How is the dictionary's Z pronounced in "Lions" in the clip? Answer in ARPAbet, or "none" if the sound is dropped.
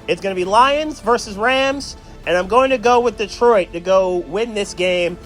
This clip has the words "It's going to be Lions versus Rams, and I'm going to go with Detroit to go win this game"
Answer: Z